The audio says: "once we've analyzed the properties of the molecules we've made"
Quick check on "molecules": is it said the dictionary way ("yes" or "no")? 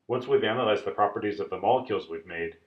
yes